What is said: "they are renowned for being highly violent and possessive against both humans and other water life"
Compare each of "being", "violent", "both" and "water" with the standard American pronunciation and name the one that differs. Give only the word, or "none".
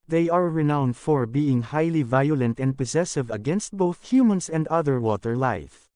none